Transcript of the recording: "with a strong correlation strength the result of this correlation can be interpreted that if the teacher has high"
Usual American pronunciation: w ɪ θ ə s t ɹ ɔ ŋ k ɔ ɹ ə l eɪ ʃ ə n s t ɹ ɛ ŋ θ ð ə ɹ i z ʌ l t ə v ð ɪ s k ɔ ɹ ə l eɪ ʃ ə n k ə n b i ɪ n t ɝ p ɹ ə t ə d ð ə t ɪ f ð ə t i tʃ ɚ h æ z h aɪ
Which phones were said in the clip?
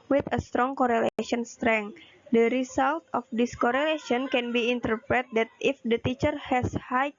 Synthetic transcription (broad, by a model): w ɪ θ ə s t ɹ ɔ ŋ k ɔ ɹ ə l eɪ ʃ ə n s t ɹ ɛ ŋ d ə ɹ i s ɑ l t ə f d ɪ s k ɔ ɹ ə l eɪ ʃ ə n k ə n b i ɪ n t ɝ p ɹ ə t d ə t ɪ f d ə t i tʃ ɚ h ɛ s h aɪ